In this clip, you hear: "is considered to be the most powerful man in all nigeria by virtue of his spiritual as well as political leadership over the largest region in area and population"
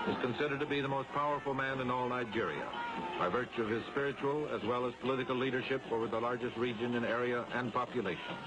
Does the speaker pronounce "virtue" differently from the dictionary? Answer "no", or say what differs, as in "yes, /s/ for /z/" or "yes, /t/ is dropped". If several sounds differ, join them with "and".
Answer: no